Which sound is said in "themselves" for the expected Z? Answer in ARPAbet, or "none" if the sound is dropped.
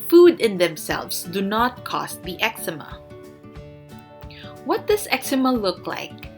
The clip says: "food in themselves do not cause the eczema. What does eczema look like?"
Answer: S